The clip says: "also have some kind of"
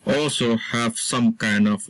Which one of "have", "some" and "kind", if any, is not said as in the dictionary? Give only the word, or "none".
none